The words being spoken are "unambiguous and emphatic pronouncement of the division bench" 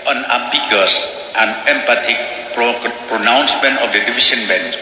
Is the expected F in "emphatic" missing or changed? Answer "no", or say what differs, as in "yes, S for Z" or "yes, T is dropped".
yes, P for F